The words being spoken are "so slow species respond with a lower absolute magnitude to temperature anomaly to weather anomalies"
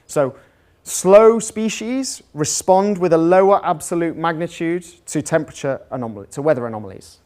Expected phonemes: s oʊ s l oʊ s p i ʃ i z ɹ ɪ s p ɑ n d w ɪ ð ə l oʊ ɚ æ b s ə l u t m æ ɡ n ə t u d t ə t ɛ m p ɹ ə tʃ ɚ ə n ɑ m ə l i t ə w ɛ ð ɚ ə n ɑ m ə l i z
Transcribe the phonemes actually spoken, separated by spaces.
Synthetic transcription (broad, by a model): s oʊ s l oʊ s p i ʃ i z ɹ ɪ s p ɑ n d w ɪ ð ə l oʊ ɚ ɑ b s ə l u t m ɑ ɡ n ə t u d t ə t ɛ m p ɹ ə tʃ ɚ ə n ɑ m ə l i t ə w ɛ ð ɚ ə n ɑ m ə l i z